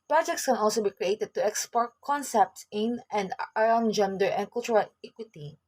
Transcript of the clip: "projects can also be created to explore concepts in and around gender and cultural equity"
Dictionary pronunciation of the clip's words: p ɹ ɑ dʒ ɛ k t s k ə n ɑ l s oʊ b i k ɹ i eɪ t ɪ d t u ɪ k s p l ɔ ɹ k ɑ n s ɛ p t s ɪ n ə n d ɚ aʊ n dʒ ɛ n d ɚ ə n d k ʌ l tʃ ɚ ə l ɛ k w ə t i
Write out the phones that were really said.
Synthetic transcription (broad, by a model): p ɹ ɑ dʒ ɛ k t s k ə n ɑ l s oʊ b i k ɹ i eɪ t ɪ d t u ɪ k s p ɔ ɹ k ɑ n s ɛ p t s ɪ n ə n d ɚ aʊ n dʒ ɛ n d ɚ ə n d k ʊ l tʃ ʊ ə l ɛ k w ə t i